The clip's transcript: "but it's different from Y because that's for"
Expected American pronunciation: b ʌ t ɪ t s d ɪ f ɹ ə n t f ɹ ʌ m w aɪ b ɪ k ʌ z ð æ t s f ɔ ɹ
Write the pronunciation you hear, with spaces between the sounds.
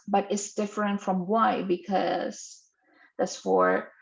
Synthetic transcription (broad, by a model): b ʌ t ɪ t s d ɪ f ɹ ə n t f ɹ ʌ m w aɪ b ɪ k ʌ z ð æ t s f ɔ ɹ